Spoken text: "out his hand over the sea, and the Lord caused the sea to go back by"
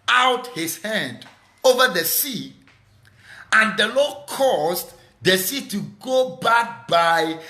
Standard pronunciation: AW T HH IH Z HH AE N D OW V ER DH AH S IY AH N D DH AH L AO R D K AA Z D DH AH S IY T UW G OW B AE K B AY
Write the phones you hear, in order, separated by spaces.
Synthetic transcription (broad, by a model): AW T HH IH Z HH AE N D OW V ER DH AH S IY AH N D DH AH L AO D K AA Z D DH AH S IY T UW G OW B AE K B AY